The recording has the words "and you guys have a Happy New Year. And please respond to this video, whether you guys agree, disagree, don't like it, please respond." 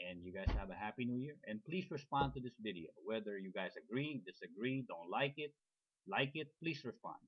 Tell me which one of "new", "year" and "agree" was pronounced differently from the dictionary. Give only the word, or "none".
none